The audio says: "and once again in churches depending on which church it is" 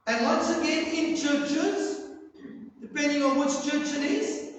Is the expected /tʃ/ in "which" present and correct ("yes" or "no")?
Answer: no